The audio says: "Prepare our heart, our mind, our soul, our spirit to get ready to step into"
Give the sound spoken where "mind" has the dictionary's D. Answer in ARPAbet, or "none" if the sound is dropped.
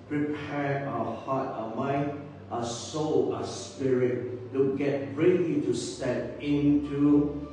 none